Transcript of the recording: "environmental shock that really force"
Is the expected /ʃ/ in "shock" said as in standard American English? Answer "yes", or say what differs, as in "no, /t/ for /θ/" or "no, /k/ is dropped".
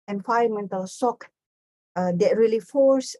no, /s/ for /ʃ/